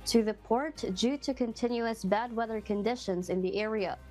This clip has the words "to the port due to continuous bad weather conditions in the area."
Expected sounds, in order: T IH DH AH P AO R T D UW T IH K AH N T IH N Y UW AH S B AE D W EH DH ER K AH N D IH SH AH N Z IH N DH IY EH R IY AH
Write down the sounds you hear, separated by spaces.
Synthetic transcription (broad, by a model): T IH DH AH P AO R T D UW T IH K AH N T IH N Y UW AH S B AE D W EH DH ER K AH N D IH SH AH N Z IH N DH IY EH R IY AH